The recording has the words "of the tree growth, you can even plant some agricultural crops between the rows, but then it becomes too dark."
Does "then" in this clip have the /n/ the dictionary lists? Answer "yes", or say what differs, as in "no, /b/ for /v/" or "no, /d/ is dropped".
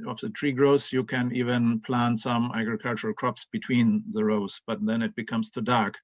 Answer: yes